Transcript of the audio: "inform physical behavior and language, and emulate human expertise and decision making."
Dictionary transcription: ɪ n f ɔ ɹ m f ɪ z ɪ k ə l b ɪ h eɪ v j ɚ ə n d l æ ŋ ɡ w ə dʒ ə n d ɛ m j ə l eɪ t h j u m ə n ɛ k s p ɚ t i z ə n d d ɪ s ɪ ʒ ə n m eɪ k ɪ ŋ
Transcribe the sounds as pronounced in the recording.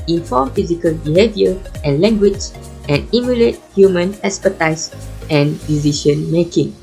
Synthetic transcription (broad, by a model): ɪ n f ɔ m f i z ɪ k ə l b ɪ h eɪ v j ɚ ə n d l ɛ ŋ ɡ w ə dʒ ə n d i m j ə l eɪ t h j u m ə n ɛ s p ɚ t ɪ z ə n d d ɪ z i ʃ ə n m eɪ k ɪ ŋ